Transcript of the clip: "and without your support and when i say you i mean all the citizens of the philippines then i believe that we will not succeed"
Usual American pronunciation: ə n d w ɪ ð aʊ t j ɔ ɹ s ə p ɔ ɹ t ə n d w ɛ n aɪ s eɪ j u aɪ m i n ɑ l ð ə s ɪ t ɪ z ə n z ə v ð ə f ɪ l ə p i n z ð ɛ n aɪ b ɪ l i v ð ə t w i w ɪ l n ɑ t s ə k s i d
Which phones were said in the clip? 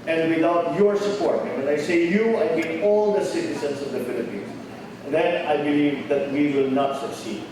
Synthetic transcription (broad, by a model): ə n d w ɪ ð aʊ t j ɔ ɹ s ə p ɔ ɹ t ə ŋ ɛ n aɪ s eɪ j u aɪ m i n ɑ l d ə s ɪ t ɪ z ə n s ə v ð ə f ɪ l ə p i n s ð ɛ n aɪ b ɪ l i v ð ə t w i w ɪ l n ɑ t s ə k s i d